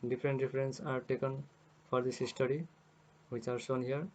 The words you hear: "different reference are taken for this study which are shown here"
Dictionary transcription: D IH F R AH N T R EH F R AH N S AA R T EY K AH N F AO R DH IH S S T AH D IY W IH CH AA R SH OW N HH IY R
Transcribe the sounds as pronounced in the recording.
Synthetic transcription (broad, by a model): D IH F R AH N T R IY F R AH N S AA R T EY K AH N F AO R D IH S S T AH D IY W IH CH AA R S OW N HH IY R